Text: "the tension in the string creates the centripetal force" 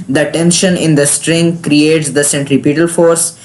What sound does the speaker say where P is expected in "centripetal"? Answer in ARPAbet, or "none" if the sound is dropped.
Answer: P